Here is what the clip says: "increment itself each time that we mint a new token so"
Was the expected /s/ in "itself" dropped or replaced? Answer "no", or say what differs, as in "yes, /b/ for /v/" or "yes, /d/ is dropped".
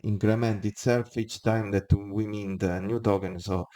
no